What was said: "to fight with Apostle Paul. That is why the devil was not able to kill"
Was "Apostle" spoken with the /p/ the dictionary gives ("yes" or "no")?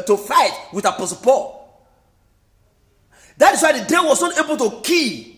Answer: yes